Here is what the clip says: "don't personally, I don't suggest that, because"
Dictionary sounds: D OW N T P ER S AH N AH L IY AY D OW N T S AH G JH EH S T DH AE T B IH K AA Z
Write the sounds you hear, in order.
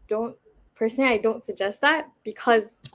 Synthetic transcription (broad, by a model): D OW N T P ER S AH N AH L IY AY D OW N T S AH G JH EH S T DH AE T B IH K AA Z